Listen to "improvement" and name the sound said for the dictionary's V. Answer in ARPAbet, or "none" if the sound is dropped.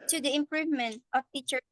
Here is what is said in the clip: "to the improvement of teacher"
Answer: V